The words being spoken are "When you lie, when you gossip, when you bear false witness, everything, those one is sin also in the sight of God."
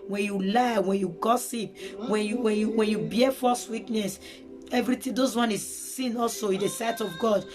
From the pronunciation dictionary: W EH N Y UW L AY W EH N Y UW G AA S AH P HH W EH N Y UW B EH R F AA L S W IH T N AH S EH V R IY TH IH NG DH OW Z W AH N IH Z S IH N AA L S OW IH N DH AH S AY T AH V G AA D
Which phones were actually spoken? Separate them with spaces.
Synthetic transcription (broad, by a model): W EH N Y UW L AY W EH N Y UW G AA S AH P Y W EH N Y UW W EH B F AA S W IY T N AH S EH V R IY T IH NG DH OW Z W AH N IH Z S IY N AA L S OW IH N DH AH S AY T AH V G AA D